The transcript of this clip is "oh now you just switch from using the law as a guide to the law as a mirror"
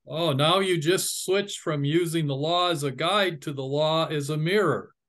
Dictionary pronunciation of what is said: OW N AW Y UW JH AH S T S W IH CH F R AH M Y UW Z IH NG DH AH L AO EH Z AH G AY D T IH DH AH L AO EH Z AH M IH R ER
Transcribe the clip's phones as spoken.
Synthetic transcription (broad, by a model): OW N AW Y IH JH AH S T S W IH CH F R AH M Y UW Z IH NG DH AH L AO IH Z AH G AY D T IH DH AH L AO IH Z AH M IH R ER